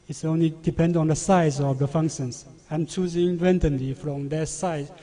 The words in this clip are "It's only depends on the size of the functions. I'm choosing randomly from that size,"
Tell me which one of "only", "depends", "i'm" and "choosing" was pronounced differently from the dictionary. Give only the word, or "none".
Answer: depends